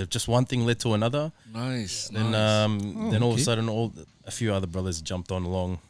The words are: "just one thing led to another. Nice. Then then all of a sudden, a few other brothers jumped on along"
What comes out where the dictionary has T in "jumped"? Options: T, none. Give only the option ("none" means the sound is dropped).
T